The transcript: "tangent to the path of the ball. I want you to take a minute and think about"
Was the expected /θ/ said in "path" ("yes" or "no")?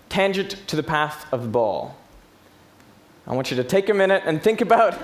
yes